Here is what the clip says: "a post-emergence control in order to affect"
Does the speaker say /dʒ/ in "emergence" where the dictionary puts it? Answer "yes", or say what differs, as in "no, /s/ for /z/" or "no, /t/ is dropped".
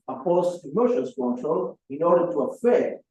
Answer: no, /ʃ/ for /dʒ/